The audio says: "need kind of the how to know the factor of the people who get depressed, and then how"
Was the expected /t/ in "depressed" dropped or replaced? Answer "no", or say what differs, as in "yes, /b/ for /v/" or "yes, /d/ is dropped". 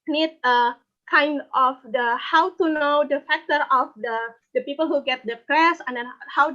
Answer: yes, /t/ is dropped